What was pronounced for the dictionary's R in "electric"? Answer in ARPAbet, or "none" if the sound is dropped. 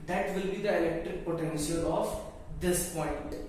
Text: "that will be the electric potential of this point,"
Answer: R